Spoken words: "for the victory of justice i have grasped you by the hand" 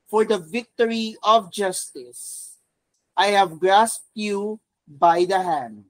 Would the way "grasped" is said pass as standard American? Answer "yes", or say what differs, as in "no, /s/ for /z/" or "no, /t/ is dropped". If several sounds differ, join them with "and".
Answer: yes